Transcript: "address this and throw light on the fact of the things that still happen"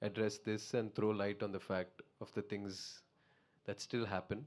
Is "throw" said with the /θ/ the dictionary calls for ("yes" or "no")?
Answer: no